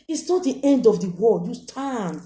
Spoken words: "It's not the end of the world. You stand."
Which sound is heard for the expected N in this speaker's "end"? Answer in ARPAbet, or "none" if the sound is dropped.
N